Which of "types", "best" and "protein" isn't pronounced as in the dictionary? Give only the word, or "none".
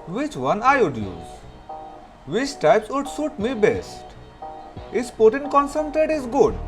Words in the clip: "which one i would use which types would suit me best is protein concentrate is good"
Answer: protein